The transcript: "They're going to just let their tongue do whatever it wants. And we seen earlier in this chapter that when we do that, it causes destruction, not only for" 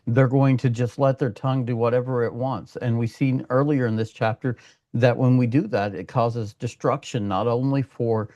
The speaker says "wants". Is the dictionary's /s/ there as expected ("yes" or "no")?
yes